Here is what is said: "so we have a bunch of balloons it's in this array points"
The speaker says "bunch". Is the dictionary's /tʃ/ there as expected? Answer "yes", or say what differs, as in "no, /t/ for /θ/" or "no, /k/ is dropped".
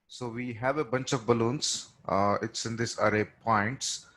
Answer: yes